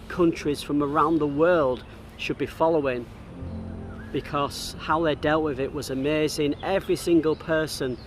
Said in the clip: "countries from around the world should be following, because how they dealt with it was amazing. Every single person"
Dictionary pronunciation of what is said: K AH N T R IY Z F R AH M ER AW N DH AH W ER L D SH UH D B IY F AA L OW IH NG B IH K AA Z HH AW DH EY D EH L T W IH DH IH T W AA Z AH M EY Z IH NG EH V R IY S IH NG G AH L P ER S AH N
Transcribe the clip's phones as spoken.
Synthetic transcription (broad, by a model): K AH N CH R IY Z F R AH M ER AW N DH AH W ER L D SH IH D B IY F AA L OW IH NG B IH K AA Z HH AW DH EY D EH L T W IH DH IH T W AA Z AH M EY Z IH NG EH V R IY S IH NG G AH L P ER S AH N